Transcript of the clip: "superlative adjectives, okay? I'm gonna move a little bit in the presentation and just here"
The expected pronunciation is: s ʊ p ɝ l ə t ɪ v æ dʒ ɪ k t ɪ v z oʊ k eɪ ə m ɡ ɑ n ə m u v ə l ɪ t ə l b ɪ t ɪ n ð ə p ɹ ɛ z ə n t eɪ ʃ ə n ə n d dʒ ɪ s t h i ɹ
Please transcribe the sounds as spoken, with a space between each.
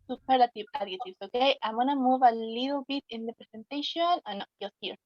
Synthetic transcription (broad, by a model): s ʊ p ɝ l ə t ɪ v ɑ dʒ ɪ t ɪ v s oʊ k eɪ ə m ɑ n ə m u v ə l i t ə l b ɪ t ɪ n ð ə p ɹ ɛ s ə n t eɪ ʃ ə n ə n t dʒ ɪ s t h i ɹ